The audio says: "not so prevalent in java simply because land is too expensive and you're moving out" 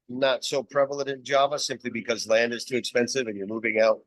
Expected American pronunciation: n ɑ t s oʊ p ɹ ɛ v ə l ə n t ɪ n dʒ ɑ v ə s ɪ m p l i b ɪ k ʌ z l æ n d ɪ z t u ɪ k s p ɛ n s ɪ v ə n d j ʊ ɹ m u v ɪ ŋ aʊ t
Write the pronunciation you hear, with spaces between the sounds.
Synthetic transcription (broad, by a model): n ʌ t s oʊ p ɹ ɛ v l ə t ɪ n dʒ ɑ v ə s ɪ m p l i b ɪ k ʌ z l æ n d ɪ z t u ɪ k s p ɛ n s ɪ v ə n j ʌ ɹ m u v ɪ ŋ aʊ t